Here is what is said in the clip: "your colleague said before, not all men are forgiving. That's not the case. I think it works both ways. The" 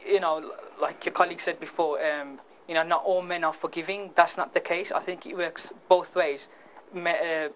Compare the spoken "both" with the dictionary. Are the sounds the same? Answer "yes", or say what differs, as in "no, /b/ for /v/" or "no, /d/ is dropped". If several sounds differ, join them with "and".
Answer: yes